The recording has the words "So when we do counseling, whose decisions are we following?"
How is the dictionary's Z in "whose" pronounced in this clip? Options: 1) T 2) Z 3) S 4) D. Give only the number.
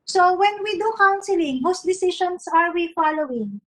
3